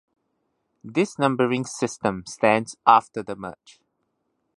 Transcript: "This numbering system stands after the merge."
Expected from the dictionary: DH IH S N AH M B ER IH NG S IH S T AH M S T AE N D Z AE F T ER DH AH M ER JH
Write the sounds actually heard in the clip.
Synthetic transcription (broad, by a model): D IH S N AH M B ER IH NG S IH S T AH M S T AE N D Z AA F T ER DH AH M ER CH